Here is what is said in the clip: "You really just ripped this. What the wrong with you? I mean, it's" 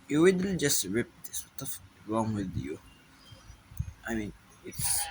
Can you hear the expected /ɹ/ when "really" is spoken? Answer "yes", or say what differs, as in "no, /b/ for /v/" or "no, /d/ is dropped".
no, /w/ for /ɹ/